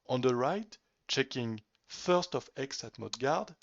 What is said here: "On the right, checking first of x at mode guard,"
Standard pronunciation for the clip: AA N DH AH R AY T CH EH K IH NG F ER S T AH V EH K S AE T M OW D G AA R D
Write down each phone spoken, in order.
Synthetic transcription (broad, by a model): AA N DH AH R AY T CH EH K IH NG F ER S T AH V EH K S AE T M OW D G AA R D